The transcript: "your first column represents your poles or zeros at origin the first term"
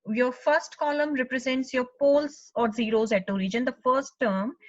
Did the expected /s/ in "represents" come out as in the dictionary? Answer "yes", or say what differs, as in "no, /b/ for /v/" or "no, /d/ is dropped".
yes